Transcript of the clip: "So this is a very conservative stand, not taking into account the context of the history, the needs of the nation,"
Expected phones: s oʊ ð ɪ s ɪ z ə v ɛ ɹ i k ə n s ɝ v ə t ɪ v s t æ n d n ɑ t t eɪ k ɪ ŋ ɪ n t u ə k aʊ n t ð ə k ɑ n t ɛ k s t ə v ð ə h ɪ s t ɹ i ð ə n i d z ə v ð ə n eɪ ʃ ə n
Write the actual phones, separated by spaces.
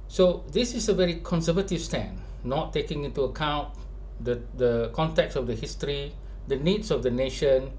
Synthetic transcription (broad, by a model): s oʊ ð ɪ s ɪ s ə v ɛ ɹ i k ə n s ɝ v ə t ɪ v s t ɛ n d n ɑ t t eɪ k ɪ ŋ ɪ n t u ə k aʊ n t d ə k ɑ n t ɛ k s ə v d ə h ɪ s t ɹ i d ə n i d s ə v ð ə n eɪ ʃ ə n